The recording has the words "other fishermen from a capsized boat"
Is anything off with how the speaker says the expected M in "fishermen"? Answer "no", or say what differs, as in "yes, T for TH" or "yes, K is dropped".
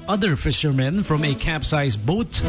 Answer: no